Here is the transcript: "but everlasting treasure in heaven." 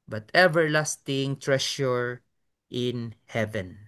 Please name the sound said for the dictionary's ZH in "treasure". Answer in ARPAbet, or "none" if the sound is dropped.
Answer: SH